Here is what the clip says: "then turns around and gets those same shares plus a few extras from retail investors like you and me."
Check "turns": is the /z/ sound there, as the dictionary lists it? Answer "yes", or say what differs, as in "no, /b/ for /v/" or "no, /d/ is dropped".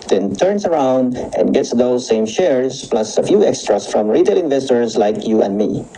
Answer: no, /s/ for /z/